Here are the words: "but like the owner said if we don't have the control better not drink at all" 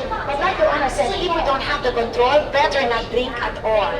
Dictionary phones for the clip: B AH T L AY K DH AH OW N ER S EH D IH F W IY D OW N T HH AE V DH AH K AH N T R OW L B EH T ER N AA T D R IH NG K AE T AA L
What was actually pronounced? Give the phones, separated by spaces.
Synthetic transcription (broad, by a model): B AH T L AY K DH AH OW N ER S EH IH W IY D OW N T HH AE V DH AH K AH N T R OW L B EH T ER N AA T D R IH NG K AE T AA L